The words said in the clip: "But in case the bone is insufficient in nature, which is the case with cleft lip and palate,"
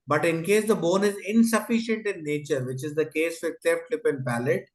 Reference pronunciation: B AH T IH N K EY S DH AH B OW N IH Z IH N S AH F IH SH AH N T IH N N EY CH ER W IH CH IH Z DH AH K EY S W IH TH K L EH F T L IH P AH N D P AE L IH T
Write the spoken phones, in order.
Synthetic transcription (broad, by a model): B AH T IH N K EY S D AH B OW N IH Z IH N S AH F IH SH AH N T IH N N EY CH ER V IH CH IH Z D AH K EY S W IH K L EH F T L IH P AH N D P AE L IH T